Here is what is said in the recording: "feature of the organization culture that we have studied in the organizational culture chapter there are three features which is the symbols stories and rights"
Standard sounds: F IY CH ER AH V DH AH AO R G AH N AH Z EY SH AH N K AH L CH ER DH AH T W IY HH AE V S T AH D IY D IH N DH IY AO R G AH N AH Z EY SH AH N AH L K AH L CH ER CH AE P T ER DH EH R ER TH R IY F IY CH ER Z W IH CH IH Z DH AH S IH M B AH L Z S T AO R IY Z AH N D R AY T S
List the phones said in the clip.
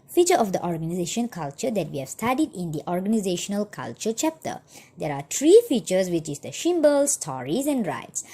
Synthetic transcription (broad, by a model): F IY CH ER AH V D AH AO R G AH N AH Z EY SH AH N K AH L CH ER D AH T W IY HH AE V S T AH D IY D IH N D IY AO R G AH N AH Z EY SH AH N AH L K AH L CH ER CH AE P T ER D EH R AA T R IY F IY CH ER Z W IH CH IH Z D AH SH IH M B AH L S T AO R IY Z AH N D R AY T S